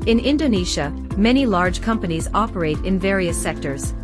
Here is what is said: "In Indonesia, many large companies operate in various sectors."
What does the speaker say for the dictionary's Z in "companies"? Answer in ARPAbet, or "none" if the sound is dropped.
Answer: Z